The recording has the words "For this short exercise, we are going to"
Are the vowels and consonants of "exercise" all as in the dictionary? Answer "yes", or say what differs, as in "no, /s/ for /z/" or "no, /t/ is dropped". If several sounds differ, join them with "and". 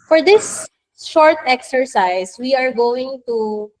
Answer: no, /s/ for /z/